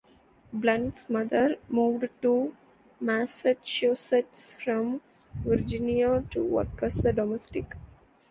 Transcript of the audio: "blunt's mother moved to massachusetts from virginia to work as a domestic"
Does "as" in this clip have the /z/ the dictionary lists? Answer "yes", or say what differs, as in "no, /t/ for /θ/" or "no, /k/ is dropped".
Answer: no, /s/ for /z/